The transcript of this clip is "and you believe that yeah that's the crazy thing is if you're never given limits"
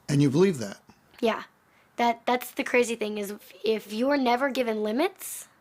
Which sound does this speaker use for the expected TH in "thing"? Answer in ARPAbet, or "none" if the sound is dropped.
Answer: TH